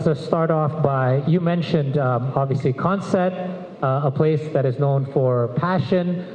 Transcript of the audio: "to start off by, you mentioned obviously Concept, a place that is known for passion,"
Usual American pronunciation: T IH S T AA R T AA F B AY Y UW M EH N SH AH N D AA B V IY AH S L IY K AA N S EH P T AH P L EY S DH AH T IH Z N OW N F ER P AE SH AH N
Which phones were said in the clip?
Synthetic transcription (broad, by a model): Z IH S T AA R T AA F B AY Y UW M EH N SH AH N D AA B V IY AH S L IY K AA N S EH T AH P L EY S DH AH T IH Z N OW N F ER P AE SH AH N